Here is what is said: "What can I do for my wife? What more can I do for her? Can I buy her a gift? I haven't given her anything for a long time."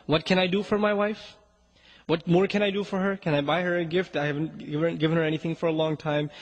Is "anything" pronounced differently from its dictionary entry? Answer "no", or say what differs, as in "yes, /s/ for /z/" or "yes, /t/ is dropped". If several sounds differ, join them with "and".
no